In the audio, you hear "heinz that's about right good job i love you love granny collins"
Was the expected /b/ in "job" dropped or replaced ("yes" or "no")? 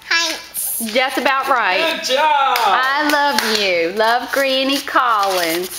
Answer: yes